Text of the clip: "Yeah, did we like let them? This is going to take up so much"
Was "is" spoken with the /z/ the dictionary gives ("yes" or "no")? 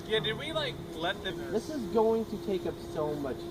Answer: yes